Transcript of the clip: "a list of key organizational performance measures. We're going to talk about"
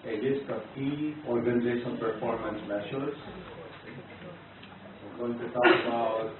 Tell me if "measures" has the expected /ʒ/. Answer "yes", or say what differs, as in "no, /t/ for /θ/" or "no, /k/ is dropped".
no, /ʃ/ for /ʒ/